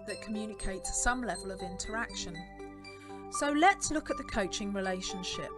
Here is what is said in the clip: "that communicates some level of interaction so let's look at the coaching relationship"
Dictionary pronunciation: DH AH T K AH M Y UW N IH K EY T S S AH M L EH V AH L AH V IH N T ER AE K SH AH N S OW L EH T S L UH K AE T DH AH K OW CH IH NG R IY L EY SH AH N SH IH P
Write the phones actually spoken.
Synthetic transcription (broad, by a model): DH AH T K AH M Y UW N IH K EY T S S AH M L EH V AH L AH V IH N T ER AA K SH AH N S OW L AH T S L UH K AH T DH AH K OW CH IH NG R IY L EY SH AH N SH IH P